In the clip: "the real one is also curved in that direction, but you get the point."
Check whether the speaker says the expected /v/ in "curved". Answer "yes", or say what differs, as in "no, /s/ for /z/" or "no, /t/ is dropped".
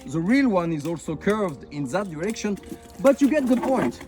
yes